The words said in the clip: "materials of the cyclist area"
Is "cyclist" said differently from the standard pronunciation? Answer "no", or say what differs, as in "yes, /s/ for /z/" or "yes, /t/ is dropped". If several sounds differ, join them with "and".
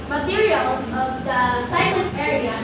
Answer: yes, /k/ is dropped and /n/ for /l/